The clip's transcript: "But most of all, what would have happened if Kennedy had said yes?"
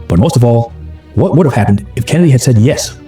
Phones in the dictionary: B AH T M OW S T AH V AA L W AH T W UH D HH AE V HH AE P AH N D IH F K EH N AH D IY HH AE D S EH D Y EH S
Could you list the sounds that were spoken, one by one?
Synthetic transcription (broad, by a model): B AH T M OW S T AH V AA L W AH T W UH D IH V HH AE P AH N D IH F K EH N AH D IY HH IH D S EH D Y EH S